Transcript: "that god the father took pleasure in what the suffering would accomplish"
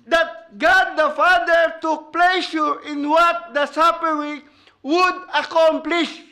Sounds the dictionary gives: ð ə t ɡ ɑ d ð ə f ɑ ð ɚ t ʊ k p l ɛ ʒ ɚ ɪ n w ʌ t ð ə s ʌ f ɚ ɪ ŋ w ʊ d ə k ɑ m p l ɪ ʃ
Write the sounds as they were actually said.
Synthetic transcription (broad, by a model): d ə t ɡ ɑ d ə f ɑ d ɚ t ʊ k p l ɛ ʃ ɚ ɪ n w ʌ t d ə s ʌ p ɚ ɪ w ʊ d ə k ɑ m p l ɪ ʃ